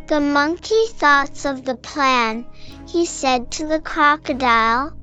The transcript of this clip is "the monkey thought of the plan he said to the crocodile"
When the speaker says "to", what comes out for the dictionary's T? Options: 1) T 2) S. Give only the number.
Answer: 1